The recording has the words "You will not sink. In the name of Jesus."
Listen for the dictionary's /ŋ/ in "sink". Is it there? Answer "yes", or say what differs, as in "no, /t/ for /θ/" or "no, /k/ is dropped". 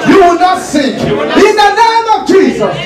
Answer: no, /ŋ/ is dropped